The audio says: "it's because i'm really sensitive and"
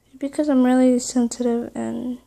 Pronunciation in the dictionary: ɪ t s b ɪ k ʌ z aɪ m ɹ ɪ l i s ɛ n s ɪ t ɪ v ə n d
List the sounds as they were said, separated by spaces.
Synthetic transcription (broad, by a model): b ɪ k ʌ z aɪ m ɹ ɪ l i s ɛ n s ɪ t ɪ v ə n